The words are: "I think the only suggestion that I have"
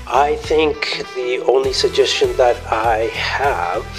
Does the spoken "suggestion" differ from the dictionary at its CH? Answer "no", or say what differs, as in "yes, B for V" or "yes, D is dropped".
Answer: no